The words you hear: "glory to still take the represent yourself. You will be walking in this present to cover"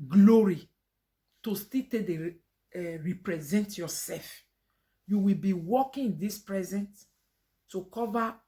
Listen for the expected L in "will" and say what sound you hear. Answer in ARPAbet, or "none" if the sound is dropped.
L